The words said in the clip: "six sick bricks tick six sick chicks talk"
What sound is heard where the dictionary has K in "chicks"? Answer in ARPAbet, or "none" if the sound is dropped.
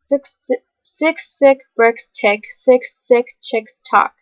K